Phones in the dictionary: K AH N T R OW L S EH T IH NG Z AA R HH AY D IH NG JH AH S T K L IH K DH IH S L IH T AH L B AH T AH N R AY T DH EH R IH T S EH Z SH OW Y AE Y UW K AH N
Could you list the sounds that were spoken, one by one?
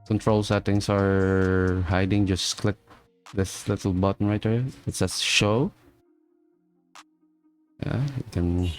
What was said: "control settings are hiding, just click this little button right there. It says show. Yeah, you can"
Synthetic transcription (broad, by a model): K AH N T R OW L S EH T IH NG S AA R HH AY D IH NG JH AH S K L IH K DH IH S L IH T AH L B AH T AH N R AY T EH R IH T S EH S SH OW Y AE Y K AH N